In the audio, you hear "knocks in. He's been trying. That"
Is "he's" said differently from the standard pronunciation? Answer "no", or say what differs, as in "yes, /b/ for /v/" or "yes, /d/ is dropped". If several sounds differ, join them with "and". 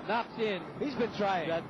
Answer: no